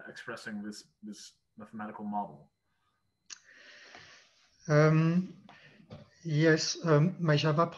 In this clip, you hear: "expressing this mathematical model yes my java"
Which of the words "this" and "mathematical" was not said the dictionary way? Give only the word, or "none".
none